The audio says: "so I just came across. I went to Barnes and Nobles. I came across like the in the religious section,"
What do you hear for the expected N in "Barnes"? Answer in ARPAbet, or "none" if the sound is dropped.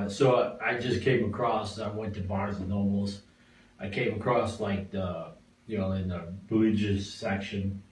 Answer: none